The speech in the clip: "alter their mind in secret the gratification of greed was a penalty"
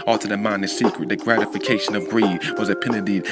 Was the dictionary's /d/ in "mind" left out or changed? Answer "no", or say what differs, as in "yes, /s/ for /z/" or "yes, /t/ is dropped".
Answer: yes, /d/ is dropped